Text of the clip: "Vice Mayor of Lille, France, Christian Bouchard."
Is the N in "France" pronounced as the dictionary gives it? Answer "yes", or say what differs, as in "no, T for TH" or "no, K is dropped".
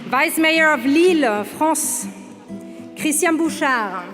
no, N is dropped